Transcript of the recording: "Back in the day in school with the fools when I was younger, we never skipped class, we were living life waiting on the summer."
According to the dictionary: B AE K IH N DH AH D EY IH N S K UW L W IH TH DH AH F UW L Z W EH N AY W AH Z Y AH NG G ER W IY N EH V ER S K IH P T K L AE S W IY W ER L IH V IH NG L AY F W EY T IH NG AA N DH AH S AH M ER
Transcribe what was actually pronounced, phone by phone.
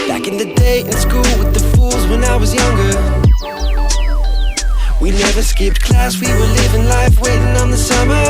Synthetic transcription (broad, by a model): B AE K IH N DH AH D EY IH N S K UW L W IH DH AH F UW L Z W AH N AY W AH Z Y AH NG G ER W IY N EH V ER S K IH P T K L AE S W IY W ER L IH V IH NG L AY F W EY T IH NG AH N DH AH S AH M ER